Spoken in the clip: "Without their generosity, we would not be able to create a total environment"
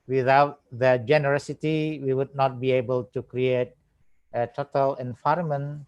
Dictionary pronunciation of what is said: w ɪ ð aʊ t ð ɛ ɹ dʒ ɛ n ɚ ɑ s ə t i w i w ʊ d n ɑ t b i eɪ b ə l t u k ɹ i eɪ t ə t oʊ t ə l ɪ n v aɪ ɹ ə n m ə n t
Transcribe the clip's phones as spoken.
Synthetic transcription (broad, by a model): w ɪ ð aʊ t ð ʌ dʒ ɛ n ɚ ɑ s ə t i w i w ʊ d n ɑ t b i eɪ b ə l t u k ɹ i eɪ t ə t oʊ t ə l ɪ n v aɪ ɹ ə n m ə n